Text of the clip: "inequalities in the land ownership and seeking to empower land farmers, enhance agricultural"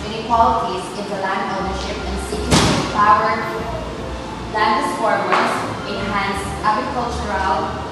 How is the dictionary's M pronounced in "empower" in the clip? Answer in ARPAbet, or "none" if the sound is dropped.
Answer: none